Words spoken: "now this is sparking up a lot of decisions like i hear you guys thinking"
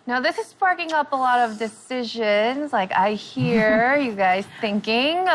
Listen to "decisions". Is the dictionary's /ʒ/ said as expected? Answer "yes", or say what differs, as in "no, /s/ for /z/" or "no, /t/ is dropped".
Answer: yes